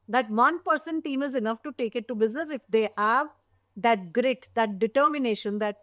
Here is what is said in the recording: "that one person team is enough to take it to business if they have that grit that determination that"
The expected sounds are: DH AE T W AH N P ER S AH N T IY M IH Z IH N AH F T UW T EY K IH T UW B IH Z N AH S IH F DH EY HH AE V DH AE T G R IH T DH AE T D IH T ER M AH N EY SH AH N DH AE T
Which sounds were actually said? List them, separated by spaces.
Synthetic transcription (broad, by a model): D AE T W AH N P ER S AH N T IY M IH Z IH N AH F T UW T EY K IH T UW B IH Z N AH S IH F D EY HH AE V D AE T G R IH T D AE T D IH T ER M AH N EY SH AH N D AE T